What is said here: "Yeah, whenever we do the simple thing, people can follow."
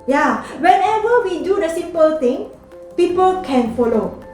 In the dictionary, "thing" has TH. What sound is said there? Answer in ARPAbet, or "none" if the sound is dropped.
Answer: T